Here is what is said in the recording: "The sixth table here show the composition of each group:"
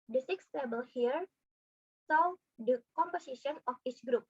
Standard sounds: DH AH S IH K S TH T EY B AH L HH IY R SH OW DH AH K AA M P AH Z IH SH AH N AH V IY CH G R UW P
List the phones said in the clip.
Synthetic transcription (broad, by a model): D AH S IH K S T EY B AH L HH IY R S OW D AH K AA M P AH S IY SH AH N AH F IY CH G R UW P